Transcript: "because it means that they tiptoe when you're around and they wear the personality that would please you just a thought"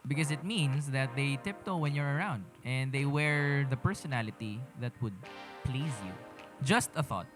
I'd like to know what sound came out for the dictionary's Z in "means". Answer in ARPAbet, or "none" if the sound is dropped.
S